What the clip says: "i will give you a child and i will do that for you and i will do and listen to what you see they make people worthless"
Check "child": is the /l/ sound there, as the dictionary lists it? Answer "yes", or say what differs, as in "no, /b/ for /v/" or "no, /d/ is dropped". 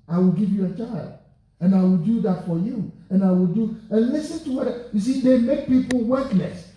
yes